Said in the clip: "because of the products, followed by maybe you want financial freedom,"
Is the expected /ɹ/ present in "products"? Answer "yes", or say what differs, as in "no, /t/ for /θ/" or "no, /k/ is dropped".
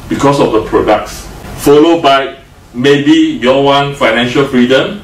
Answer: yes